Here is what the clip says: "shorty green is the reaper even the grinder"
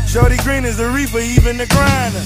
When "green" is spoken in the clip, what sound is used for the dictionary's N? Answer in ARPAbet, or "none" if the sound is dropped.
N